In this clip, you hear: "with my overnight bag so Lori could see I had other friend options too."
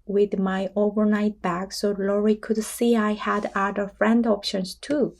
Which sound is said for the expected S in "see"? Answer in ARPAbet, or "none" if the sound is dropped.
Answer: S